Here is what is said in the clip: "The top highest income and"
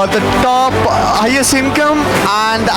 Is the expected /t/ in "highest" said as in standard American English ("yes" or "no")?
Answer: no